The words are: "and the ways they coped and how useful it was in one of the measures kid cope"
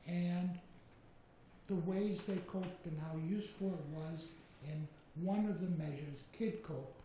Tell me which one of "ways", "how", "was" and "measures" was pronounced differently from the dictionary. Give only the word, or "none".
none